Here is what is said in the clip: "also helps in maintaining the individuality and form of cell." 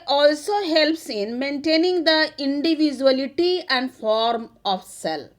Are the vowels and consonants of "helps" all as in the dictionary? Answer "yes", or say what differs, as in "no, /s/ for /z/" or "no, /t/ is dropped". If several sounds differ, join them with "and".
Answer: yes